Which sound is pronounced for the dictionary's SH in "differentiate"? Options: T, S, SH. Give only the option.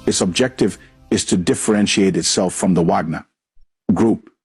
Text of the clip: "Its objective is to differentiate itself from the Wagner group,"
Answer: SH